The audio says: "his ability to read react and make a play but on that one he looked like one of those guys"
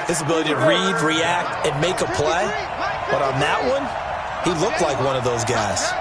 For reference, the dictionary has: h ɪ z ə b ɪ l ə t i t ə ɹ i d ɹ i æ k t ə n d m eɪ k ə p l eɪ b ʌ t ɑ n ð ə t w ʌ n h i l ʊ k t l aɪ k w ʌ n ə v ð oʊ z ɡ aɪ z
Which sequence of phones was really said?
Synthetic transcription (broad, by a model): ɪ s ə b ɪ l ə t i t ə ɹ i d ɹ i æ k t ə n m eɪ k ə p l eɪ b ʌ t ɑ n ð ə t w ʌ n h i l ʊ k t l aɪ k w ʌ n ə v ð oʊ z ɡ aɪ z